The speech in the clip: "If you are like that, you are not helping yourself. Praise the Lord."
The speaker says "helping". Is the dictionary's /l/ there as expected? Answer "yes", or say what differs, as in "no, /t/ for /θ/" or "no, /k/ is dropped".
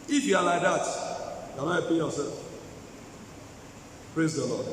no, /l/ is dropped